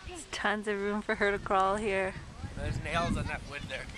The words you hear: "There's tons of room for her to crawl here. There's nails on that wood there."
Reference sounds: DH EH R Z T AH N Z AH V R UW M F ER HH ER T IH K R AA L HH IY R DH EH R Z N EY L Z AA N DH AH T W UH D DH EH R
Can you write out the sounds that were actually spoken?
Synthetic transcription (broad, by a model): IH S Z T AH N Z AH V R UW M F ER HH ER T IH K R AA L HH IY R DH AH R Z N EY L Z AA N DH AH T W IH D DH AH R